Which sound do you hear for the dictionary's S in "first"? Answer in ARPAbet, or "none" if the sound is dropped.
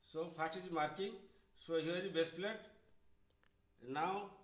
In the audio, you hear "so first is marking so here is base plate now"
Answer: none